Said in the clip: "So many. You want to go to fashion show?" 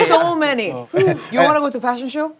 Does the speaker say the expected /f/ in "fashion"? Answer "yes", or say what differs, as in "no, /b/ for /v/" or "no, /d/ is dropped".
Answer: yes